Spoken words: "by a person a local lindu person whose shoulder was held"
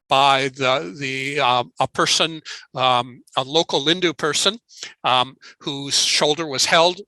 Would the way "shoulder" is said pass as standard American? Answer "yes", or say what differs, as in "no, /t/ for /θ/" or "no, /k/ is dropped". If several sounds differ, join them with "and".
yes